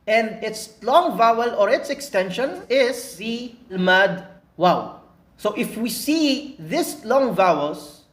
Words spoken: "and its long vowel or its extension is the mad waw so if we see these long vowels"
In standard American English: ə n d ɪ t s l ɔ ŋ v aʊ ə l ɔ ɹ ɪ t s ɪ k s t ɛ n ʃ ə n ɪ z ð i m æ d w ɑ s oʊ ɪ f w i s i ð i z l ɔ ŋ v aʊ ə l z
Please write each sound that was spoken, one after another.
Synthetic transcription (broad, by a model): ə n d ɪ t s l ɔ ŋ v aʊ ə l ɔ ɹ ɪ t s ɪ k s t ɛ n ʃ ə n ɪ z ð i m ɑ d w ɑ s oʊ ɪ f w i s i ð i s l ɔ ŋ v aʊ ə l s